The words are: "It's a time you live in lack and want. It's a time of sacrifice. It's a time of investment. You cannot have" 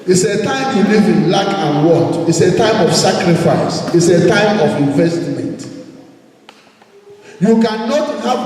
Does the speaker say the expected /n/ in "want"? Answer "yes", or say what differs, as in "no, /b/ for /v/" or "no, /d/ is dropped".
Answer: no, /n/ is dropped